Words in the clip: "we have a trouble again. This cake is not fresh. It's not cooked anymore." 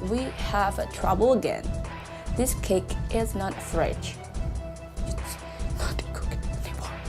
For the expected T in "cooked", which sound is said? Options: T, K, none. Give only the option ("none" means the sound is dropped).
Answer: none